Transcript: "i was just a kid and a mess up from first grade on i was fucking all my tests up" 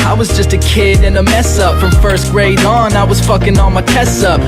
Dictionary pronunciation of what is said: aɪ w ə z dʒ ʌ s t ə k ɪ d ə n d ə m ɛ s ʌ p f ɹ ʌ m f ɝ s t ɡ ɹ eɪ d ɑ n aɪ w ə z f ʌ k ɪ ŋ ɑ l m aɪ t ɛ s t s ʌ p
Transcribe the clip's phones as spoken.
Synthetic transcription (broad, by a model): aɪ w ə z dʒ ʌ s t ə k ɪ d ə n ə m ɛ s ʌ p f ɹ ʌ m f ɝ s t ɡ ɹ eɪ d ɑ n aɪ w ə z f ʌ k ɪ ŋ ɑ n m aɪ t ɛ s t ʌ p